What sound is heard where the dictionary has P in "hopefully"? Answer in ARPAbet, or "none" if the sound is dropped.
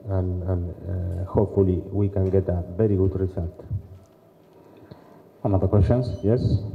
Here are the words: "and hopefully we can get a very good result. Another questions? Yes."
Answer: P